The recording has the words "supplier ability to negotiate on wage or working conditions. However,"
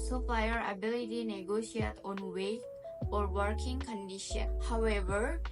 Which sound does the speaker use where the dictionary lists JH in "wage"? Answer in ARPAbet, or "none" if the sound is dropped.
none